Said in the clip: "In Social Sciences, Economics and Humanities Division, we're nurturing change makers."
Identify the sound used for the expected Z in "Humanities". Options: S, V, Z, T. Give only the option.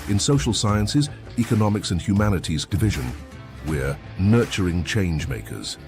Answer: Z